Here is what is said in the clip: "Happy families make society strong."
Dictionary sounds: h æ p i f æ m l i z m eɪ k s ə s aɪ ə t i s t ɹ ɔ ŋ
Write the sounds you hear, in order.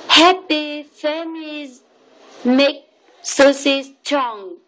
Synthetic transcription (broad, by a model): h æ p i f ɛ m i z m eɪ k s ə s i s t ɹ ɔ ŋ